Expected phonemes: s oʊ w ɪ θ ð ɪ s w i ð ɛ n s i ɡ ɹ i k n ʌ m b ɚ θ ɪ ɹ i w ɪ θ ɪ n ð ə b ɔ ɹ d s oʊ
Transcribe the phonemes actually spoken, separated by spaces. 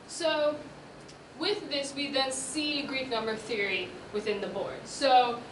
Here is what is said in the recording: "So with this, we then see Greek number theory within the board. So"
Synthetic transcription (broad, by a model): s oʊ w ɪ ð ɪ s w i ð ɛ n s i ɡ ɹ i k n ʌ m b ɚ θ ɪ ɹ i w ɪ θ ɪ n ð ə b ɔ ɹ d s oʊ